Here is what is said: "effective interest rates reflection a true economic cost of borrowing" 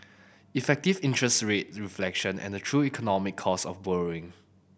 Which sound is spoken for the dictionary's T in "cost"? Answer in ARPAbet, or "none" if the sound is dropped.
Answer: none